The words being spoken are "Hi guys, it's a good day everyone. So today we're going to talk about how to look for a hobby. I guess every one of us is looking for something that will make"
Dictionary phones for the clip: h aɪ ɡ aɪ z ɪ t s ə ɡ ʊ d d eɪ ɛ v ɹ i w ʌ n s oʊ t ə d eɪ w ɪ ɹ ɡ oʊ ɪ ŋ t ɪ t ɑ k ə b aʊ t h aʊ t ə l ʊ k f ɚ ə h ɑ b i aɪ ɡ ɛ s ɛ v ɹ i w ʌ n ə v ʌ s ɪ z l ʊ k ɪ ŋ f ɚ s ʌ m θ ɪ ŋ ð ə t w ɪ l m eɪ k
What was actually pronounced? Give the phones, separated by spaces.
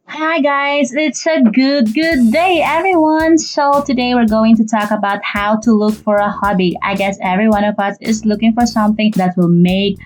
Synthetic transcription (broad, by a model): h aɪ ɡ aɪ z ɪ t s ə ɡ ʊ d d eɪ ɛ v ɹ i w ʌ n s oʊ t ə d eɪ w ɪ ɹ ɡ oʊ ɪ ŋ t ɪ t ɑ k ə b aʊ t h aʊ t ə l ʊ k f ɚ ə h ɑ b i aɪ ɡ ɛ s ɛ v ɹ i w ʌ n ə v ʌ s ɪ z l ʊ k ɪ ŋ f ɚ s ʌ m θ ɪ ŋ ð ə t w ɪ l m eɪ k